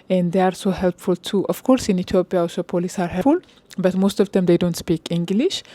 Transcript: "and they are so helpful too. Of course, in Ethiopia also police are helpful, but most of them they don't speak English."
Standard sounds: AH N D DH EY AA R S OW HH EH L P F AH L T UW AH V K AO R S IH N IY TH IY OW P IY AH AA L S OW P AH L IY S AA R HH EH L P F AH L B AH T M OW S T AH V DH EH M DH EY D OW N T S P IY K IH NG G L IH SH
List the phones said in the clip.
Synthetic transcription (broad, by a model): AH N D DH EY AA R S OW HH EH L P F AH L T UW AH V K AO R S IH N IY T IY OW P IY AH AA S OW P AH L IY S AA R HH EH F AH L B AH T M OW S T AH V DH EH M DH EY D OW N T S P IY K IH NG G L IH SH